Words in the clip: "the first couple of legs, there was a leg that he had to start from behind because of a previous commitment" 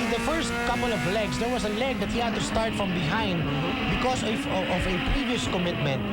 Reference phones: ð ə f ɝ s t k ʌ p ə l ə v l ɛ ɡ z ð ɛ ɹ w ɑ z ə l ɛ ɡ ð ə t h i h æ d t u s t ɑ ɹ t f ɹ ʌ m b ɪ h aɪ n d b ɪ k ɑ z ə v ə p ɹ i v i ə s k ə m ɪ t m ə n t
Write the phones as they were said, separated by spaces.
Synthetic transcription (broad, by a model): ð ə f ɝ s t k ʌ p ə l ə v l ɛ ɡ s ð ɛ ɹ w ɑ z ə l ɛ ɡ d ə t h i h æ d t u s t ɑ ɹ t f ɹ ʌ m b ɪ h aɪ n d b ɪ k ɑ s ə v ə p ɹ i v i ə s k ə m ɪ t m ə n t